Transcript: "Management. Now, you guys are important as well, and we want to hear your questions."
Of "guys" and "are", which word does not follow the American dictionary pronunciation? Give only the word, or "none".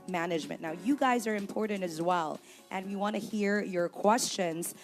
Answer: none